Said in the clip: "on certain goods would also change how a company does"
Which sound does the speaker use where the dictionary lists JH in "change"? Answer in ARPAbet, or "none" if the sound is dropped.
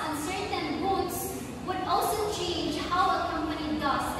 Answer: JH